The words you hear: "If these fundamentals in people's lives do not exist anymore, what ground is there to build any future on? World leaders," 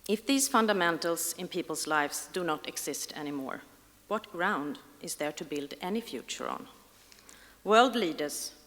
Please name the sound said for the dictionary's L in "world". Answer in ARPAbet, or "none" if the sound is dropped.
L